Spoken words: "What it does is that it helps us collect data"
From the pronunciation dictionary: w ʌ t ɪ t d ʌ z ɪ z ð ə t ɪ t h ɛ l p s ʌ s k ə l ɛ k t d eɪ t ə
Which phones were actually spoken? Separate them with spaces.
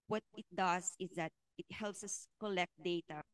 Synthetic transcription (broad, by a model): w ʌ t ɪ t d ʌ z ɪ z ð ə t ɪ t h ɛ l p s ʌ s k ə l ɛ k t d eɪ t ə